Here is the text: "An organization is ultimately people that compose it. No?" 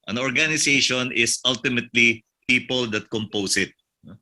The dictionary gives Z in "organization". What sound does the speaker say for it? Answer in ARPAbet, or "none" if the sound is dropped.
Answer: S